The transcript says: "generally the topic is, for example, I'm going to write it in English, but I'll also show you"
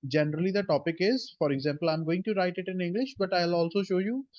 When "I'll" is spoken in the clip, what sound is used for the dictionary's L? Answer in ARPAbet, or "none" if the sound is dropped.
L